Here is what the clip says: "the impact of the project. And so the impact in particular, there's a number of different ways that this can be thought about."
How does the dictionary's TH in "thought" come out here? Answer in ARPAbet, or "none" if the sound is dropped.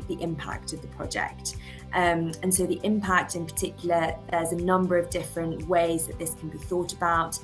TH